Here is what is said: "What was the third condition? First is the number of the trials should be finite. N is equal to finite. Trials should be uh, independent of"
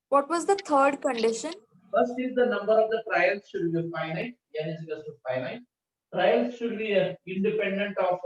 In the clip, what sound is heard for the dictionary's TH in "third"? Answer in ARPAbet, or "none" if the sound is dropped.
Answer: T